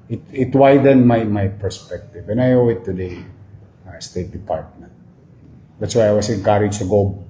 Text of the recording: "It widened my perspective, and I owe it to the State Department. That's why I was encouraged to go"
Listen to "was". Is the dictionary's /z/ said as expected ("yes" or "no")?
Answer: no